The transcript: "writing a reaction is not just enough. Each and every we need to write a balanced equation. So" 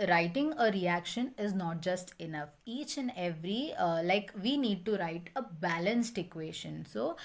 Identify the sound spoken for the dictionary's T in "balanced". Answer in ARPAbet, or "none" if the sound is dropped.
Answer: T